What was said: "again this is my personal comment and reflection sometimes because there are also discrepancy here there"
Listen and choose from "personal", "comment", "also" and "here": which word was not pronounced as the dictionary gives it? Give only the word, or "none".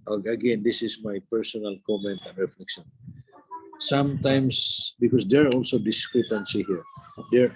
none